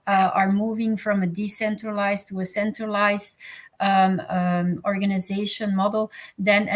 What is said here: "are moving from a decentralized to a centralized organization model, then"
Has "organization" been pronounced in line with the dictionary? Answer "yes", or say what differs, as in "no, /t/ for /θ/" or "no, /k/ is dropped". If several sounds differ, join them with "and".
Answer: yes